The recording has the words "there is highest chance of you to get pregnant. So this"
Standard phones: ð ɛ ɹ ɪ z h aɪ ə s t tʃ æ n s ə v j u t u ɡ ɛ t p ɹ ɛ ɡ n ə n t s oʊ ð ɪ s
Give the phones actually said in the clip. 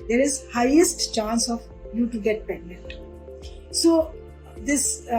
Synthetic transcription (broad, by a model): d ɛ ɹ ɪ z h aɪ ə s t tʃ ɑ n s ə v j u t u ɡ ɛ t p ɛ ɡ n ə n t s oʊ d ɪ s